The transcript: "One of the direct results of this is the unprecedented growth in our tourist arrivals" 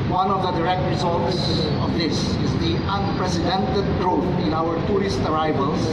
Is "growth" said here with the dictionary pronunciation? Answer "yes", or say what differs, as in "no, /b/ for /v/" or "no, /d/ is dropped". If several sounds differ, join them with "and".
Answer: no, /t/ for /θ/